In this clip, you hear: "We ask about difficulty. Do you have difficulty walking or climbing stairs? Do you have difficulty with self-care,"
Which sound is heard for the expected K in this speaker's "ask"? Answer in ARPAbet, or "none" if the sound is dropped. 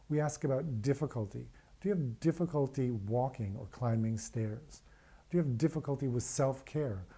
K